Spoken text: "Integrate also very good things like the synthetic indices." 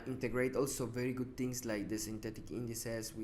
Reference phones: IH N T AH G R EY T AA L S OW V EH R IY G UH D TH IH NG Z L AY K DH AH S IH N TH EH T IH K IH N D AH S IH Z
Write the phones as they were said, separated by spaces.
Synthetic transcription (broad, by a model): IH N T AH G R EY T AA L S OW V EH R IY G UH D T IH NG S L AY K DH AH S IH N T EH T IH K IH N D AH S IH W